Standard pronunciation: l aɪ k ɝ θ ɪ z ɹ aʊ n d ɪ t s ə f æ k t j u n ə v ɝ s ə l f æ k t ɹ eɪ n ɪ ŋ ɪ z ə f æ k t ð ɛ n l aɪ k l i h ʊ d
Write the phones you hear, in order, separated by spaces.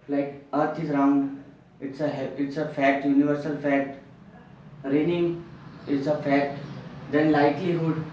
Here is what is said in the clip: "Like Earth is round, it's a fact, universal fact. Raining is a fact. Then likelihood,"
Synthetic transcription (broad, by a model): l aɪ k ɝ t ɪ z ɹ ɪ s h ɪ t s ə f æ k t j u n ə v ɝ s ə l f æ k t ɹ eɪ n ɪ ŋ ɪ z ə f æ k t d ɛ n l aɪ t l i h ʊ d